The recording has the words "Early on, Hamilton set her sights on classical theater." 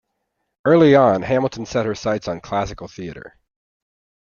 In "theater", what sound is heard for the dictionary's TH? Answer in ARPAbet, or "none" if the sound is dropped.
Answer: TH